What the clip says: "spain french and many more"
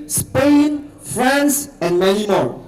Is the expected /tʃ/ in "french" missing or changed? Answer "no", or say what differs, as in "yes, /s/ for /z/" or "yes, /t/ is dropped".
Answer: yes, /s/ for /tʃ/